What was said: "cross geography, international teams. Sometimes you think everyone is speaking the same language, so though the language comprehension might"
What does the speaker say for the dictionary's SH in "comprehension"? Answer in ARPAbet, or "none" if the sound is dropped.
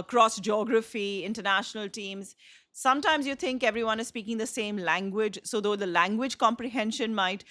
SH